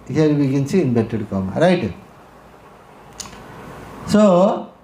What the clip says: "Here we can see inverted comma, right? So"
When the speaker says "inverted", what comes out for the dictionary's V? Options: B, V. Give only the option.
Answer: B